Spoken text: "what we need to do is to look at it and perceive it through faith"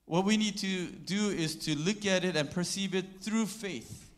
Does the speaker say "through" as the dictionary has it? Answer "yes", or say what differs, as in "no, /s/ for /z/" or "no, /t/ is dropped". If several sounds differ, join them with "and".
yes